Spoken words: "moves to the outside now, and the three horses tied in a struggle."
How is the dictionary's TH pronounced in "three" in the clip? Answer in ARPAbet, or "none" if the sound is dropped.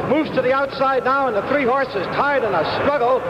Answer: TH